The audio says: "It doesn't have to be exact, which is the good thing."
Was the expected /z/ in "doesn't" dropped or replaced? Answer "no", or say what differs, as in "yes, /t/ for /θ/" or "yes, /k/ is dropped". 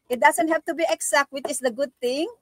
yes, /s/ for /z/